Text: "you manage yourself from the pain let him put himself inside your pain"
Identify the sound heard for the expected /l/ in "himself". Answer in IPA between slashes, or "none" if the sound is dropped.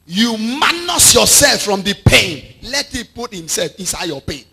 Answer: /l/